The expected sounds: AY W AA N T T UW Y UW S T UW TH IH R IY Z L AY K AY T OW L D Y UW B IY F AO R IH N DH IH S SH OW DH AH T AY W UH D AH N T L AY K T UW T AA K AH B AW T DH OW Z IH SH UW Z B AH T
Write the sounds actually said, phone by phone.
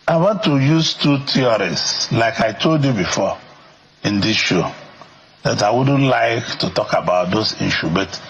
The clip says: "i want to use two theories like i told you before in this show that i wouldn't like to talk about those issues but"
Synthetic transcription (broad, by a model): AY W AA N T T UW Y UW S T UW T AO R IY S L AY K AY T OW L D Y UW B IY F AO IH N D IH S SH OW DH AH T AY W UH D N L AY K T UW T AA K AH B AW T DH OW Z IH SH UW B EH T